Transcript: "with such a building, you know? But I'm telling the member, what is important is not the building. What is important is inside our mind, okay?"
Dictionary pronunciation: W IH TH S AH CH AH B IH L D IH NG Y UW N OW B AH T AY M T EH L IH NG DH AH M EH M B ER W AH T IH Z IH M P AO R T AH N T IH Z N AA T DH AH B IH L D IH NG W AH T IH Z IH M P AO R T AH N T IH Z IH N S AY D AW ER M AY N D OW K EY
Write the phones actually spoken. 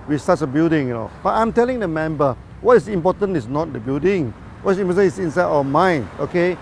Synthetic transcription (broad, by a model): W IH S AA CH AH B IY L D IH NG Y N OW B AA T AY M T EH L IH NG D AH M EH M B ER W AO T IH S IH M P AO T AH N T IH S N AA T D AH B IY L D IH NG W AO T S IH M P AO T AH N IH S IH N S AY D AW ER M AY N OW K EY